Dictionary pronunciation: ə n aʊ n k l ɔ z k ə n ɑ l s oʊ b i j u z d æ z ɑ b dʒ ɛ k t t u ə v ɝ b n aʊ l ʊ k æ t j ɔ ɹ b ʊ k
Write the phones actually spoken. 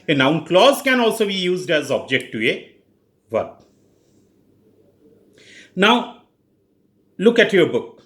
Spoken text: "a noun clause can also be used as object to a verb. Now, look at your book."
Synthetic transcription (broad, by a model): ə n aʊ n k l ɔ z k ə n ɑ l s oʊ b i j u z d æ z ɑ b dʒ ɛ k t t u ə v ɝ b n aʊ l ʊ k æ t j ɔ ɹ b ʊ k